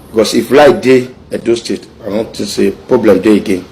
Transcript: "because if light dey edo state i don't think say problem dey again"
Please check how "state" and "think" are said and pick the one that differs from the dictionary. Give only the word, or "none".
think